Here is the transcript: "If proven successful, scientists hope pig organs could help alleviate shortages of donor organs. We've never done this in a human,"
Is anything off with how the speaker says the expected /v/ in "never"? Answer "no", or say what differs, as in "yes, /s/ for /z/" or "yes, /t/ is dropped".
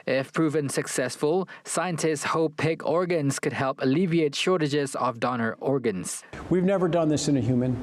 no